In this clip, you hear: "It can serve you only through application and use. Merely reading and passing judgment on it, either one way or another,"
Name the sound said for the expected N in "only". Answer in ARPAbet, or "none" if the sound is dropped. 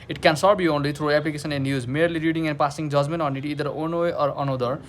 N